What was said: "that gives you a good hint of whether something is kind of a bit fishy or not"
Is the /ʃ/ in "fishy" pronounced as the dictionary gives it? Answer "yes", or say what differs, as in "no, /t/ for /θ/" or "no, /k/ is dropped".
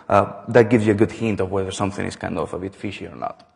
yes